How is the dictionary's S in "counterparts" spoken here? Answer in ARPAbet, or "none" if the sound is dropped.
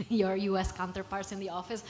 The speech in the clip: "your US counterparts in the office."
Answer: S